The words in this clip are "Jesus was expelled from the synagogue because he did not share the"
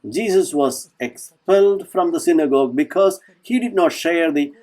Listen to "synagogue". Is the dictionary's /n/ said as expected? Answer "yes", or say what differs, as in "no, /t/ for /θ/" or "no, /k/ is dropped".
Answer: yes